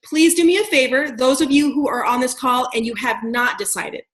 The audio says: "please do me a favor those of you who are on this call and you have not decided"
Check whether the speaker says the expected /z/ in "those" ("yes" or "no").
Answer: yes